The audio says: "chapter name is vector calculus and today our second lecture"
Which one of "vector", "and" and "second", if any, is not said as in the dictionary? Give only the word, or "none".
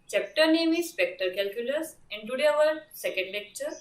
vector